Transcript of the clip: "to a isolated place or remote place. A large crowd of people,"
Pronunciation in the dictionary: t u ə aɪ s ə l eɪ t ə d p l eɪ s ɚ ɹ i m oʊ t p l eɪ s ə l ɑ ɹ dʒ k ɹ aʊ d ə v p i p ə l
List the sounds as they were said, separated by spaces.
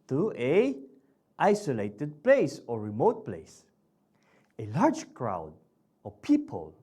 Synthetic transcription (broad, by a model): t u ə aɪ s ə l eɪ t ə d p l eɪ s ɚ ɹ i m oʊ t p l eɪ s ə l ɑ ɹ dʒ k ɹ aʊ d ə v p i p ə l